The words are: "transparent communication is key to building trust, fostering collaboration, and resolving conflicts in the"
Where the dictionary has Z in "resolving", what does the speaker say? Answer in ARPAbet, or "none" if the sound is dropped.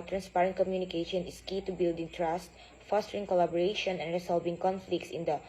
S